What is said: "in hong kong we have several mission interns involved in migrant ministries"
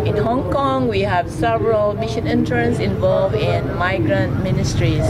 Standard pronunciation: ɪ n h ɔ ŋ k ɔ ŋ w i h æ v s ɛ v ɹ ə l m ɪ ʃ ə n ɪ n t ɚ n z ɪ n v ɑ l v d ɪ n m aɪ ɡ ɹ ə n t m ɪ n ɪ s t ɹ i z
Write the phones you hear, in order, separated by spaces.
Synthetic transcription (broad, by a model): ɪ n h ɔ ŋ k ɔ ŋ w i h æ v s ɛ v ɹ ə l m ɪ ʃ ə n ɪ n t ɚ n s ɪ n v ɑ l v ɪ n m aɪ ɡ ɹ ə n t m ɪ n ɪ s t ɹ i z